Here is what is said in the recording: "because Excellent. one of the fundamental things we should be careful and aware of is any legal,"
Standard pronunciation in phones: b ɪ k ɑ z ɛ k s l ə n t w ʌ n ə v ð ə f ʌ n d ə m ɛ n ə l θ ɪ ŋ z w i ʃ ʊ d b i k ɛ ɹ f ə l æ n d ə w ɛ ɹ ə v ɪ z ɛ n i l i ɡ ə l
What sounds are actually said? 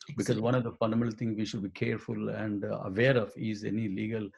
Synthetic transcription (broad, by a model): b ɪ k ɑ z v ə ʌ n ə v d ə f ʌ n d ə m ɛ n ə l t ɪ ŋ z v i ʃ ʊ d b i k ɛ ɹ f ə l æ n d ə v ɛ ɹ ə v ɪ z ɛ n i l i ɡ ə l